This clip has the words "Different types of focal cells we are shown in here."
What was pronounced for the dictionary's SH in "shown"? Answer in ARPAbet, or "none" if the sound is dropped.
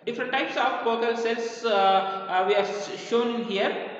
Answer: SH